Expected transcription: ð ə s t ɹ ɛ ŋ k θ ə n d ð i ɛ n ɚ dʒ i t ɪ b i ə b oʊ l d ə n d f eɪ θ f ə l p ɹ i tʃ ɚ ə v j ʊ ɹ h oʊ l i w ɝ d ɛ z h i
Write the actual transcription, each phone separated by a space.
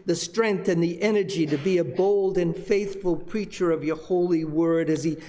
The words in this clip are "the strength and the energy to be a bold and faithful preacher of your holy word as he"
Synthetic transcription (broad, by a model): ð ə s t ɹ ɛ ŋ k θ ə n ð i ɛ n ɚ dʒ i t ɪ b i ə b oʊ l d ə n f f eɪ θ f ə l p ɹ i tʃ ɚ ə v j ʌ ɹ h oʊ l i w ɝ d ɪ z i